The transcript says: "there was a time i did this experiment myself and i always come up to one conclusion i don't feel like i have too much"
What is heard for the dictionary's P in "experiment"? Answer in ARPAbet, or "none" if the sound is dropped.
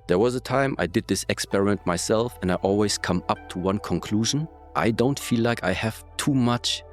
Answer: P